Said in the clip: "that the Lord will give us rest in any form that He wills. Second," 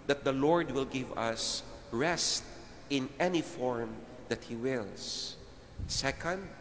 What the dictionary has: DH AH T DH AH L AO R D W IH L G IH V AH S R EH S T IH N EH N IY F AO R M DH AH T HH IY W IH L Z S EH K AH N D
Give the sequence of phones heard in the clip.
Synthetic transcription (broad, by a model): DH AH T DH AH L AO R D W IH L G IH V AH S R EH S T IH N EH N IY F AO R M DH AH T HH IY W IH L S S EH K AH N D